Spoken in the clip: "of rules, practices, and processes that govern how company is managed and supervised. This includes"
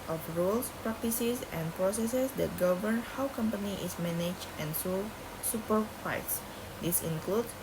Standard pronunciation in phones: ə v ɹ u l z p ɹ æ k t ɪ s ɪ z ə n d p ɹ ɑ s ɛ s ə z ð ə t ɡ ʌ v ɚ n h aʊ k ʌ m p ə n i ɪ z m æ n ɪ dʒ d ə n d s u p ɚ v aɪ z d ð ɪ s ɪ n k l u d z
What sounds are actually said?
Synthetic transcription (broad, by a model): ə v ɹ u l s p ɹ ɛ k t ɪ s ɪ s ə n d p ɹ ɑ s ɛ s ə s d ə t ɡ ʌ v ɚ n h aʊ k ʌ m p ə n i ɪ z m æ n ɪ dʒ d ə n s s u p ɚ f aɪ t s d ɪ s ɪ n k l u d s